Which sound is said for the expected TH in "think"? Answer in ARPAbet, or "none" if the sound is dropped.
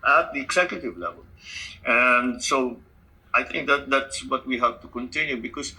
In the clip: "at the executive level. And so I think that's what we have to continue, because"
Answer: T